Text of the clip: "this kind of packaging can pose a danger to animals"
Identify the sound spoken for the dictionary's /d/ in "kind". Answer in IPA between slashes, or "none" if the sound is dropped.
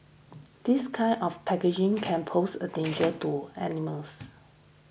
none